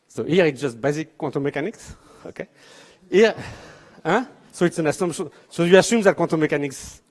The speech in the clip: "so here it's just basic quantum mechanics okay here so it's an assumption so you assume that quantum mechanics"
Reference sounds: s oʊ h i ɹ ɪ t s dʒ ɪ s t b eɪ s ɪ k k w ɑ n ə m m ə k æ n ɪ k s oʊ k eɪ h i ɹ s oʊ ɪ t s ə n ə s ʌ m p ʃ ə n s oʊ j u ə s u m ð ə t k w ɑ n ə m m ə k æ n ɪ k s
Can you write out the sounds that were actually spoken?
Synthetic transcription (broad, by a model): s oʊ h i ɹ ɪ t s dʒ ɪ s t b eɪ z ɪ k k w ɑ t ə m m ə k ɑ n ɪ k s oʊ k eɪ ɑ s oʊ ɪ t s ə n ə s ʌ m ʃ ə s oʊ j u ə s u m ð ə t k w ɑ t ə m m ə k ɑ n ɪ k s